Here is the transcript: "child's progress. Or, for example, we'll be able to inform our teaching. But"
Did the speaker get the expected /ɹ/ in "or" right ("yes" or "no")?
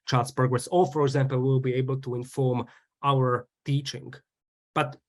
no